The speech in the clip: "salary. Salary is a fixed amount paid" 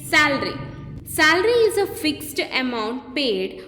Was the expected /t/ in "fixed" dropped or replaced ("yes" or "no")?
no